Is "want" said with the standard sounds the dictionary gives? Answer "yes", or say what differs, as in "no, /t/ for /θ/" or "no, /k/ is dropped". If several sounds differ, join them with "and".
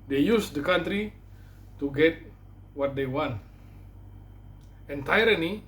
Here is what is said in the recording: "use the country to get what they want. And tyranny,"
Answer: yes